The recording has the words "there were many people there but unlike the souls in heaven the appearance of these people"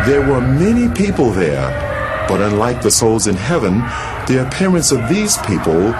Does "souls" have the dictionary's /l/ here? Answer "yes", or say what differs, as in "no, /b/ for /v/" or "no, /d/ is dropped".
yes